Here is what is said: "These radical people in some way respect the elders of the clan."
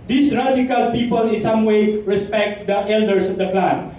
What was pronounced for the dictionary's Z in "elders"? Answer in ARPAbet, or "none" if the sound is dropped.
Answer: S